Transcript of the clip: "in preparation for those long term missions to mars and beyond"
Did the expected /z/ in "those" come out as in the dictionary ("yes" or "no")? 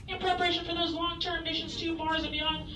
yes